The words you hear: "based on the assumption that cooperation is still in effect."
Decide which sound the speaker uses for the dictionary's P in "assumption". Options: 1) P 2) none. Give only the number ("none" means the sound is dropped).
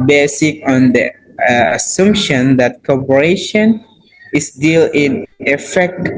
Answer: 1